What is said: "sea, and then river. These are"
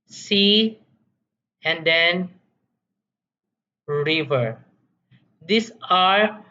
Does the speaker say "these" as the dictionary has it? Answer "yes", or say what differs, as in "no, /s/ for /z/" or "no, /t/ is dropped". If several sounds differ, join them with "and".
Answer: no, /s/ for /z/